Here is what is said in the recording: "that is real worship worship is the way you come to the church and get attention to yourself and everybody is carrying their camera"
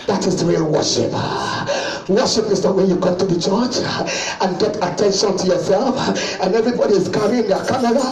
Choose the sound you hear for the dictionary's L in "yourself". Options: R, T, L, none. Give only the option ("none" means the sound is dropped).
L